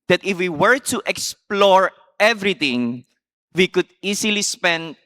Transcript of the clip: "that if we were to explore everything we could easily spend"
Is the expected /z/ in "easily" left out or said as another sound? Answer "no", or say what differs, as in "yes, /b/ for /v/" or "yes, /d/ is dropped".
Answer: yes, /s/ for /z/